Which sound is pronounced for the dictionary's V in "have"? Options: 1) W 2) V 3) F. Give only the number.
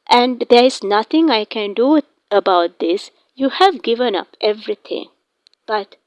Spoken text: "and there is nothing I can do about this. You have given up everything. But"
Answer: 2